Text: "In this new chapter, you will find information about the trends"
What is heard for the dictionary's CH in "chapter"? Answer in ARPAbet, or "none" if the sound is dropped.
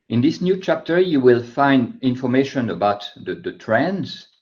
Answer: CH